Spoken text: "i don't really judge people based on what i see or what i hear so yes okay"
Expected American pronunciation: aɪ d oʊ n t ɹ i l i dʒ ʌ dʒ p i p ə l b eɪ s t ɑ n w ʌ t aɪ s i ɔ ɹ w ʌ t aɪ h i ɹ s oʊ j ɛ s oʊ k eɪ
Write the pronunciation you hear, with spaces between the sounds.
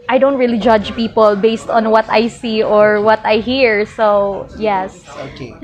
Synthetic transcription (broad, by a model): aɪ d oʊ n t ɹ i l i dʒ ʌ dʒ p i p ə l b eɪ s t ɑ n w ʌ t aɪ s i ɔ ɹ w ʌ t aɪ h i ɹ s oʊ j ɛ s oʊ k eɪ